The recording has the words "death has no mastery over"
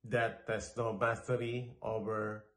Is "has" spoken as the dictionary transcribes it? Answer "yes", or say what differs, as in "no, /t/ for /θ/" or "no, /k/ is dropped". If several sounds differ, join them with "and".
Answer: no, /s/ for /z/